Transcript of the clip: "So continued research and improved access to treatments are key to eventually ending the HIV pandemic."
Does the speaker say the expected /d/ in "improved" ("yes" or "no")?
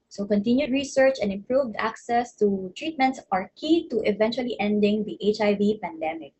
yes